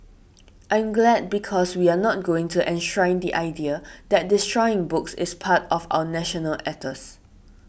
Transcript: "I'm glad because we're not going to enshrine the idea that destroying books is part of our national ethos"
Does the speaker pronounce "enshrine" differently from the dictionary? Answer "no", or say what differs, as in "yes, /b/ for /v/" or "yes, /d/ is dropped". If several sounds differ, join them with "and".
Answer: no